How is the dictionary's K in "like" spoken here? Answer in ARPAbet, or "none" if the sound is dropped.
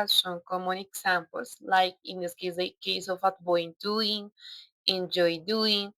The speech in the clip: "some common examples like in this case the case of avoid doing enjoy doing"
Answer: K